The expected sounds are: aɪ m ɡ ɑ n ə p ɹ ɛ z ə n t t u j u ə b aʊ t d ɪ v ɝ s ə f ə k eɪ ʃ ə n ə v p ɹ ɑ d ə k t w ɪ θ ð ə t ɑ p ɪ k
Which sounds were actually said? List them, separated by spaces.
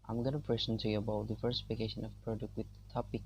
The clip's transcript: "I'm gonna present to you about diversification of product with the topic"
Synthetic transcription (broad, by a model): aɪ m ɡ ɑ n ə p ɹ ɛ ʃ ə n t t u j u ə b aʊ t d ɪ f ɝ s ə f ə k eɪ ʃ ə n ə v p ɹ ɑ d ə k t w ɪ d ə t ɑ p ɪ k